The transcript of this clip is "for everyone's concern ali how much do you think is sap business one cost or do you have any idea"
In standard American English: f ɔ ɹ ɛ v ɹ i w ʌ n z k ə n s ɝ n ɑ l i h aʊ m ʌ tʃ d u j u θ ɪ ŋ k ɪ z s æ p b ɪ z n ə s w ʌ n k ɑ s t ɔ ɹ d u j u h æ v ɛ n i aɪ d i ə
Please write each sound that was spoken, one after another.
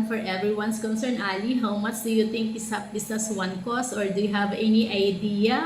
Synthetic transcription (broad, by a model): f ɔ ɹ ɛ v ɹ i w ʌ n s k ə n s ɝ n ɑ l i h aʊ m ʌ tʃ d u j u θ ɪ ŋ k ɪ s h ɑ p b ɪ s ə s w ʌ n k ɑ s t ɔ ɹ d u j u h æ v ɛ n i aɪ d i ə